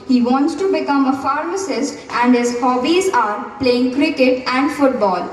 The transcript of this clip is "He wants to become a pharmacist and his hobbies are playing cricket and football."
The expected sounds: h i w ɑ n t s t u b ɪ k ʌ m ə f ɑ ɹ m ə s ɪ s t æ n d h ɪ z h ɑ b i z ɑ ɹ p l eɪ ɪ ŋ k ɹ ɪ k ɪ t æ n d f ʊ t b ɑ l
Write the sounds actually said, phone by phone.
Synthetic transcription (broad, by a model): h i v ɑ n t s t u b ɪ k ʌ m ə f ɑ ɹ m ə s ɪ s t æ n d h ɪ z h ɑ b i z ɑ ɹ p l eɪ ɪ ŋ k ɹ ɪ k ɪ t æ n d f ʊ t b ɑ l